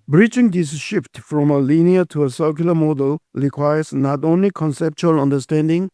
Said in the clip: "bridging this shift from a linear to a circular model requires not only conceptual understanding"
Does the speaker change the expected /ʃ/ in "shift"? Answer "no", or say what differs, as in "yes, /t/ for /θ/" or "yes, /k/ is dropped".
no